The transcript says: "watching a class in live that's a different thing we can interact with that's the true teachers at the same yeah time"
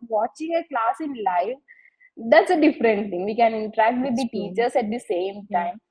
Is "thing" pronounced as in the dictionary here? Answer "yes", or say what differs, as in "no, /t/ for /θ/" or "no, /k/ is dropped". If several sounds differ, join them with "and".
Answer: no, /t/ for /θ/